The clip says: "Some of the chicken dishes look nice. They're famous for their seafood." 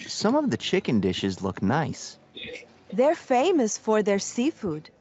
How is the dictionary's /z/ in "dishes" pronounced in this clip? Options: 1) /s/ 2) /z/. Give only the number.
2